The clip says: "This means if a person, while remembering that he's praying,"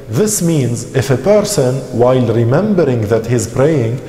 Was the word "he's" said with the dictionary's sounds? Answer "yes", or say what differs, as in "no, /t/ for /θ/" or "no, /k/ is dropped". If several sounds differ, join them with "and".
yes